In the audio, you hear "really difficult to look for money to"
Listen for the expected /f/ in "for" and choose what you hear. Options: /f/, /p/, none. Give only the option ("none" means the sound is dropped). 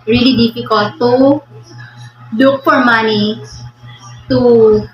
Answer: /p/